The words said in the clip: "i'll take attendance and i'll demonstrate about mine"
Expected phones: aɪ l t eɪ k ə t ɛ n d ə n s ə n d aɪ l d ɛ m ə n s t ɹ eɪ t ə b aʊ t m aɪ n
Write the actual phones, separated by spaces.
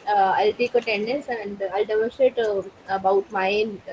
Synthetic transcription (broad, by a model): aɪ l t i k ə t ɛ n d ə n s ə n d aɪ l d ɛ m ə s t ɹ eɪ t ə b aʊ t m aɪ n